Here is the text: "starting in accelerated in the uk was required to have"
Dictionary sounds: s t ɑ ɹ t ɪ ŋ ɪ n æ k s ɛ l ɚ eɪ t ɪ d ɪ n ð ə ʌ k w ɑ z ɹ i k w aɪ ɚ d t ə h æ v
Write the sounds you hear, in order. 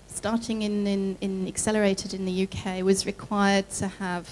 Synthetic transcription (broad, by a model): s t ɑ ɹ t ɪ ŋ ɪ n æ k s ɛ l ɚ eɪ t ɪ d ɪ n ð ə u k w ɑ z ɹ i k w aɪ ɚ d t ə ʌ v